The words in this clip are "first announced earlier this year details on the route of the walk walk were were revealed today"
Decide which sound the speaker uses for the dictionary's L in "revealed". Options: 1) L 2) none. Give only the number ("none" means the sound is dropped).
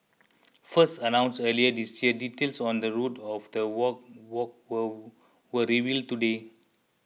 1